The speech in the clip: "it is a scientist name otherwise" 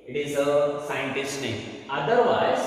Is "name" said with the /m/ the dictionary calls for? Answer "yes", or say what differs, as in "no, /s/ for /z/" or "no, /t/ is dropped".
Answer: no, /m/ is dropped